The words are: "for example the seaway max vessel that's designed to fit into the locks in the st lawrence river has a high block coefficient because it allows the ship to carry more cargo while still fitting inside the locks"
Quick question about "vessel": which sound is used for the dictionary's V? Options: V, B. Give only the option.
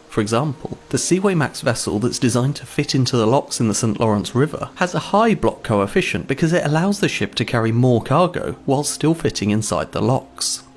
V